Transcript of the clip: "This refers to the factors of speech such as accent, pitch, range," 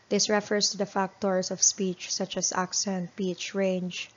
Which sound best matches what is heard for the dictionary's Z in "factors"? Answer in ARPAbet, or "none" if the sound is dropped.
S